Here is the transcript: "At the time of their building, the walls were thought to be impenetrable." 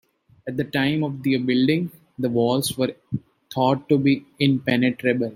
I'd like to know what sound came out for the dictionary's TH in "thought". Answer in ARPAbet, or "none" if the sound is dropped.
T